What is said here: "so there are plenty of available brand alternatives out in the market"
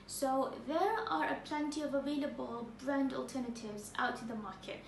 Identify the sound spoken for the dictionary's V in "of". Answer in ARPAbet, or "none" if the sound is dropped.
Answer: V